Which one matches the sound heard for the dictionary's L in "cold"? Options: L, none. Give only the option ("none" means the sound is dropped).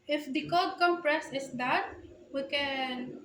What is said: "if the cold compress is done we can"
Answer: none